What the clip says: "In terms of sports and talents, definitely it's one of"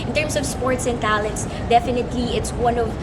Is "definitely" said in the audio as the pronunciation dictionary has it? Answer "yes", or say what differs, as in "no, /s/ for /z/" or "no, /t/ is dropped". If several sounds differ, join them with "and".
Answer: yes